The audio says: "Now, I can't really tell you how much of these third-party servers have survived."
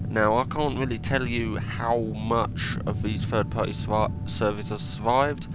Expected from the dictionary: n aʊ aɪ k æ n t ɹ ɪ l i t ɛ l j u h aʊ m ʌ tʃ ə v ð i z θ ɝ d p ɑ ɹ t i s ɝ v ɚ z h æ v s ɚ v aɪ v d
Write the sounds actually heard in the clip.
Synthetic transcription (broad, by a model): n aʊ aɪ k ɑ n t ɹ ɪ l i t ɛ l j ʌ h aʊ m ʌ tʃ ə v ð i z f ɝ d p ɑ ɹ t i s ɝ v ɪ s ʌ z s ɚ v aɪ v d